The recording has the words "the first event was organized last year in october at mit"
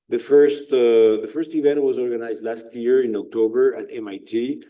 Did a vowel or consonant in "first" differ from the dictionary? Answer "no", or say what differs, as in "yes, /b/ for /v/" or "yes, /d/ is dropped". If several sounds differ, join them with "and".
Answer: no